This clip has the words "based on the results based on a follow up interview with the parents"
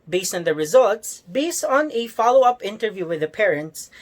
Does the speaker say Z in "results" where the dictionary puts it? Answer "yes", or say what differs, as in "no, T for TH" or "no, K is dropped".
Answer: yes